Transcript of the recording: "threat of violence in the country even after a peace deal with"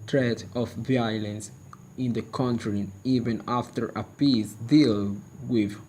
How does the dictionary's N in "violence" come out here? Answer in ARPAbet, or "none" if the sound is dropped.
N